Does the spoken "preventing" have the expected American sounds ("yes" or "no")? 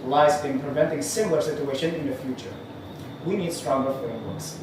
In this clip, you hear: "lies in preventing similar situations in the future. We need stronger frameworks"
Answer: yes